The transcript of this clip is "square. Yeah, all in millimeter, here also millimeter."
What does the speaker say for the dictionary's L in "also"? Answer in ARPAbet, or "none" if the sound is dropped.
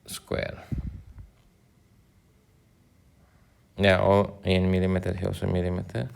none